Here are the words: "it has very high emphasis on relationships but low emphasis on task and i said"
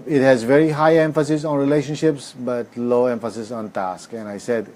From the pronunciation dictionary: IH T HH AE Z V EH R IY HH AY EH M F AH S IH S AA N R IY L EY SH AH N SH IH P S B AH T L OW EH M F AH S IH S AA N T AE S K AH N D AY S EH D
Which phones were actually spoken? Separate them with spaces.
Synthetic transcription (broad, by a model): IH T HH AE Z V EH R IY HH AY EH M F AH S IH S AA N R IY L EY SH AH N SH IH P S B AH T L OW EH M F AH S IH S AA N T AE S K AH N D AY S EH D